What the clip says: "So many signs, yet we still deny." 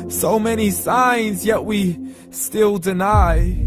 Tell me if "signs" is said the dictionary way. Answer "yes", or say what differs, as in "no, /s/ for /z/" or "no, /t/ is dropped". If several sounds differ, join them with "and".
yes